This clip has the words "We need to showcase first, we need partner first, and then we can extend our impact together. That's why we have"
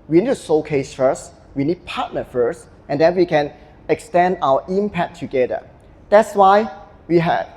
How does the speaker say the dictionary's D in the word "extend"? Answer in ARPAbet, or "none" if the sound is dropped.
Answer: D